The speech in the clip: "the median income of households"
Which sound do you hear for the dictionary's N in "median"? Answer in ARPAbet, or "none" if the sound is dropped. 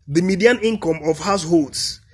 N